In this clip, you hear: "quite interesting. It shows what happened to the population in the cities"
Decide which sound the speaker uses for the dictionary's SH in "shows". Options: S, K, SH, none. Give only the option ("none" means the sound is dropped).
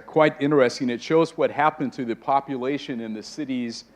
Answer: SH